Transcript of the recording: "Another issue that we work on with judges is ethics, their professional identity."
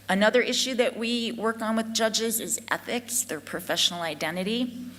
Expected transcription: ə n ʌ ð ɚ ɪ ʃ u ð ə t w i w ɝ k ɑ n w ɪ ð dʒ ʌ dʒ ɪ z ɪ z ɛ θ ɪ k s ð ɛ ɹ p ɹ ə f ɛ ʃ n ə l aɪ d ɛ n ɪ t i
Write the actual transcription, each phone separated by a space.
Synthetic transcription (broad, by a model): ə n ʌ ð ɚ ɪ ʃ u ð ə t w i w ɝ k n w ɪ ð dʒ ʌ dʒ ɪ z ɪ z ɛ θ ɪ k s ð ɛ ɹ p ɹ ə f ɛ ʃ n l aɪ d ɛ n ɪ t i